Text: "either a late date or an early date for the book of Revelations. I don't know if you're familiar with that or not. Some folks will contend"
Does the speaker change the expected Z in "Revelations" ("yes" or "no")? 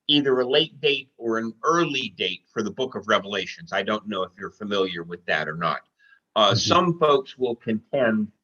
no